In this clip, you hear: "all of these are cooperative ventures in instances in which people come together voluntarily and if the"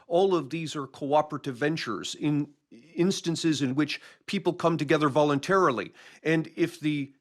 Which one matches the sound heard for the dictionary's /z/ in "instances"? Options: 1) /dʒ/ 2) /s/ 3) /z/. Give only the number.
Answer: 3